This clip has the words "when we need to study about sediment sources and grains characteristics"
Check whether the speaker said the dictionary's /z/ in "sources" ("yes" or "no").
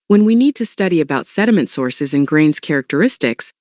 yes